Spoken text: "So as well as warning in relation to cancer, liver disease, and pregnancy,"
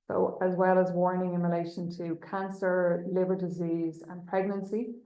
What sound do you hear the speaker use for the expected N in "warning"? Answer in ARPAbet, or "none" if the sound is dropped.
N